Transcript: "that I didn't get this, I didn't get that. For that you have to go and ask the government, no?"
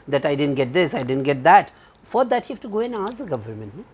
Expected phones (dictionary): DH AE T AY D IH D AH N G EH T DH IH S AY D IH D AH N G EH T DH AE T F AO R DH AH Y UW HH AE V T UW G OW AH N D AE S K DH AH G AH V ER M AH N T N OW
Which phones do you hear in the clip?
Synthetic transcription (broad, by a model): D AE T AY D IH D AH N G EH T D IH S AY D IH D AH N G EH T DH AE T F AO R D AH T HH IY F T UW G OW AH N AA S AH G AH V ER M AH N T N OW